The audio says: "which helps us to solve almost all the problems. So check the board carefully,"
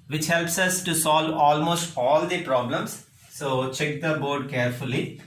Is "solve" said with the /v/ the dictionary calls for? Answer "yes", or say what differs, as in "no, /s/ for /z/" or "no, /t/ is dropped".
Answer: yes